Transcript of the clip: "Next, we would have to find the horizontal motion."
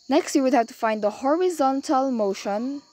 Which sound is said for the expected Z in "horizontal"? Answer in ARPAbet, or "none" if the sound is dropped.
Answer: Z